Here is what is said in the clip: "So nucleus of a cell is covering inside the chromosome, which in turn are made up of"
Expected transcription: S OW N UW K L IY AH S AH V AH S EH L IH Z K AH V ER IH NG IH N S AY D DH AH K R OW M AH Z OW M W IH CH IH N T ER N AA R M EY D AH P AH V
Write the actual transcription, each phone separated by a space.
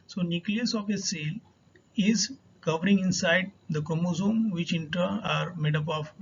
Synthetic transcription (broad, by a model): S OW N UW K L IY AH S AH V AH S EH L IH Z K AH V ER IH NG IH N S AY D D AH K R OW M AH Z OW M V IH CH IH N T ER AA R M EY D AH P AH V